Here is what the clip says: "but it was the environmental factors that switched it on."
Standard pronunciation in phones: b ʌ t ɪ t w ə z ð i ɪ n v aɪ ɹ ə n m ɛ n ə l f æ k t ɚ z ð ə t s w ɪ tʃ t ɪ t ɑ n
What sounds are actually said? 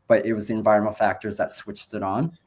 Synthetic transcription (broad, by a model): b ʌ t ɪ t w ə z ð i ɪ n v aɪ ɹ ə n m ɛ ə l f æ k t ɚ z ð ə t s w ɪ tʃ t ɪ t n